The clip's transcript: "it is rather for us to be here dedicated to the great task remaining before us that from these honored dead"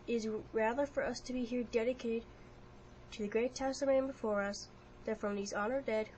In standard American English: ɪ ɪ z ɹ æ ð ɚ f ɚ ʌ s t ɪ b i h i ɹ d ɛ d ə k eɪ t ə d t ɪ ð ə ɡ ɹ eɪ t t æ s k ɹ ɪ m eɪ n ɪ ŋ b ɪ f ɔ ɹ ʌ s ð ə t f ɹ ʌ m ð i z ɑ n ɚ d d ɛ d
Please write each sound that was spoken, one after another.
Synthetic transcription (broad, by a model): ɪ ɪ z ɹ æ ð ɚ f ɚ ʌ s t ɪ b i h i ɹ d ɛ d ə k eɪ t ə d t ɪ ð ə ɡ ɹ eɪ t t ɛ s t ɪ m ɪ b ɪ f ɔ ɹ ʌ s ð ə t f ɹ ʌ m ð i z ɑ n ɚ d d ɛ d